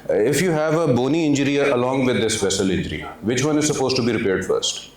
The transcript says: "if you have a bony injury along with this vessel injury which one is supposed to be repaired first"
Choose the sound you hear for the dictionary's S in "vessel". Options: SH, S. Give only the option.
SH